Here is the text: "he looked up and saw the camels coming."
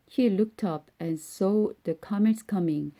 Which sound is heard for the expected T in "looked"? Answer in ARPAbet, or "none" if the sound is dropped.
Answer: T